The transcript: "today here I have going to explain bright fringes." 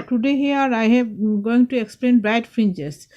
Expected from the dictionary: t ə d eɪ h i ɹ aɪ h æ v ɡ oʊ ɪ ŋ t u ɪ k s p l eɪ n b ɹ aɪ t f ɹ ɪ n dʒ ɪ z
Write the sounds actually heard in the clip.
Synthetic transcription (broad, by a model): t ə d eɪ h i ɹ aɪ h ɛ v ɡ oʊ ɪ ŋ t u ɪ k s p l eɪ n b aɪ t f ɹ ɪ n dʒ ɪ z